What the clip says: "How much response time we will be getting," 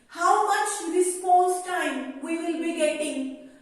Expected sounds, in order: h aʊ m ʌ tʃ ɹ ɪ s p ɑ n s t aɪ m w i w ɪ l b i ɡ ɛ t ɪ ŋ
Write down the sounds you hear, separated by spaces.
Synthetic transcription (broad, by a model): h aʊ m ʌ tʃ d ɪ s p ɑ s t aɪ m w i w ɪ l b i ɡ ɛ t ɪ ŋ